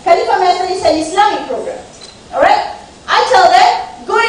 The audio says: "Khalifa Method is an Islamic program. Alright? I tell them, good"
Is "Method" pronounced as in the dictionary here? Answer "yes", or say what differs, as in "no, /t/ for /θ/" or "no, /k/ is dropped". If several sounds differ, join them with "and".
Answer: no, /s/ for /θ/